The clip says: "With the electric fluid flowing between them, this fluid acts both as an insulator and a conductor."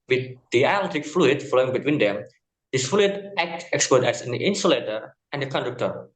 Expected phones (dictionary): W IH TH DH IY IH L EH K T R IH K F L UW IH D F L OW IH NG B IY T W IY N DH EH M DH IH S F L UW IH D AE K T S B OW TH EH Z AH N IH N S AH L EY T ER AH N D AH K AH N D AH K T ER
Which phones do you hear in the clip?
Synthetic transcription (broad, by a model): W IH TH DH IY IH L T IH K F L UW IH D F L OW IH NG B IY T W IY N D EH M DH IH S F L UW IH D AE K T S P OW T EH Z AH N IH N S AH L EY T ER AH N D AH K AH N D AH K T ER